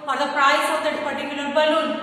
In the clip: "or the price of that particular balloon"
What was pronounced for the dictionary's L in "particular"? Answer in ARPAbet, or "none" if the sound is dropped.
N